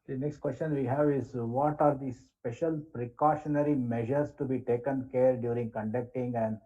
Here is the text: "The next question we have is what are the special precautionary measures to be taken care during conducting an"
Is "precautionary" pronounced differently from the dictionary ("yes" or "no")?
no